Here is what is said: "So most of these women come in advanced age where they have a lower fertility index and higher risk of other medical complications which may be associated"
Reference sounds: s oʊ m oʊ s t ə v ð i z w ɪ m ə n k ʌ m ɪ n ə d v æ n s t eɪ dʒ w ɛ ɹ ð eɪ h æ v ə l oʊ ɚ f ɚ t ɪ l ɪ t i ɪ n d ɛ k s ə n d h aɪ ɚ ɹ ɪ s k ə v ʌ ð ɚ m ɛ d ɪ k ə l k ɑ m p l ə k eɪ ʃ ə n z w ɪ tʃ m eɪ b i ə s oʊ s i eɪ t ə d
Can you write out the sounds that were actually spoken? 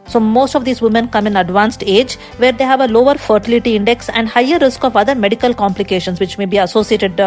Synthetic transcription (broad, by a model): s oʊ m oʊ s t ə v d i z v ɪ m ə n k ʌ m ɪ n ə d v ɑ n s t eɪ dʒ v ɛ ɹ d eɪ h æ v ə l oʊ ɚ f ɚ t ɪ l ɪ t i ɪ n d ɛ k s ə n d h aɪ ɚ ɹ ɪ s k ə v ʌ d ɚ m ɛ d ɪ k ə l k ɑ m p l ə k eɪ ʃ ə n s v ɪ tʃ m eɪ b i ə s oʊ s i eɪ t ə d